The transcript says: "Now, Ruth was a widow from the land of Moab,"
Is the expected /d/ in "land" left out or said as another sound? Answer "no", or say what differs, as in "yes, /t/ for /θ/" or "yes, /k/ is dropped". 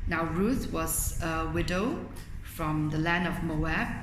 no